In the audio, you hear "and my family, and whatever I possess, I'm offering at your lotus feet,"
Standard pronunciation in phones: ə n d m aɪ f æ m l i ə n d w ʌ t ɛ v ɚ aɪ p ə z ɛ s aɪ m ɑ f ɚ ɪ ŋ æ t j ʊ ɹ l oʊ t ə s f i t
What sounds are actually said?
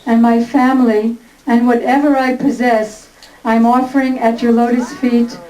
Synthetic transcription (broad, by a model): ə n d m aɪ f æ m l i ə n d w ʌ t ɛ v ɚ aɪ p ə z ɛ s aɪ m ɑ f ɚ ɪ ŋ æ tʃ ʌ ɹ l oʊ t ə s f i t